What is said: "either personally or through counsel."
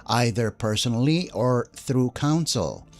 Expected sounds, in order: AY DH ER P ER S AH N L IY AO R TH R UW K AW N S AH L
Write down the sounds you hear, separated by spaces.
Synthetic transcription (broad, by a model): AY DH ER P ER S AH N L IY AO R TH R UW K AW N S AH L